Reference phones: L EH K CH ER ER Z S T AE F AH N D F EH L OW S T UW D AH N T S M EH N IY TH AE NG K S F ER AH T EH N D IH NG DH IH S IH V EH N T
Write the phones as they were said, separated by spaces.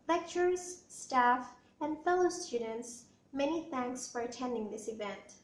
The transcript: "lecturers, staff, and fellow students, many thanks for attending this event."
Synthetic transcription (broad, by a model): L EH K CH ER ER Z S T AE F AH N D F EH L OW S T UW D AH N T S M EH N IY TH AE NG K S F ER AH T EH N D IH NG DH IH S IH V EH N T